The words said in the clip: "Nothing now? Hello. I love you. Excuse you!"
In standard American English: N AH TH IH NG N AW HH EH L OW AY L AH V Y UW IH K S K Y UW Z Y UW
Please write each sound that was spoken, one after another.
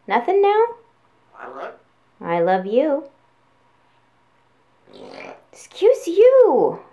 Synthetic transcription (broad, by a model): N AH TH IH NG N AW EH UH AY L AH V Y UW IH K S K Y UW Z Y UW